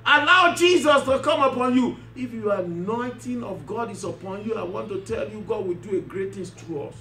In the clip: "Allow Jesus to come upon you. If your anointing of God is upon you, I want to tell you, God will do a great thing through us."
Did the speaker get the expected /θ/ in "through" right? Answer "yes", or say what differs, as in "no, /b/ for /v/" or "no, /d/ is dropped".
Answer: no, /s/ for /θ/